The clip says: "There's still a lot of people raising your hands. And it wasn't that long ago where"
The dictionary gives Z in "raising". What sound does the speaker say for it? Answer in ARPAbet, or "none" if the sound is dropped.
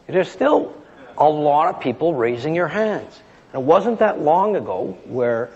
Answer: Z